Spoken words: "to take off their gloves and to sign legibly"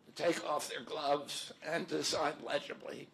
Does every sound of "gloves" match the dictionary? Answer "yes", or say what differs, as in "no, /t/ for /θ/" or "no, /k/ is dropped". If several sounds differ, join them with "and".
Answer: yes